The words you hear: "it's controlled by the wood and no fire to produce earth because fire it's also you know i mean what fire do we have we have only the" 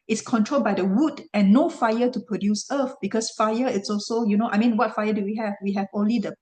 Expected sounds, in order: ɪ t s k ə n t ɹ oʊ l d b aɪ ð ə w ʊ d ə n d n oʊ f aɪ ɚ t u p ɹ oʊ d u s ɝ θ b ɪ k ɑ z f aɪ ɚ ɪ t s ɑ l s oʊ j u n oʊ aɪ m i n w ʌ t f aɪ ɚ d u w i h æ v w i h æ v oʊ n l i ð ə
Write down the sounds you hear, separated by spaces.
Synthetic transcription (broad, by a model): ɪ t s k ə n t ɹ oʊ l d b aɪ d ə w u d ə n n oʊ f aɪ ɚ t u p ɹ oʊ d u s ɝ f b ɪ k ɑ s f aɪ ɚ ɪ t s ɑ l s oʊ j u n oʊ aɪ m i n w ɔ t f aɪ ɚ d u w i h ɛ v w i h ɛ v oʊ n l i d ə